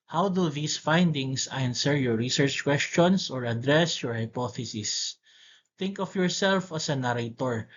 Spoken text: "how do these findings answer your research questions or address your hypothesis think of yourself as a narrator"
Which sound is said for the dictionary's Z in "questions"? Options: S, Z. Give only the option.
S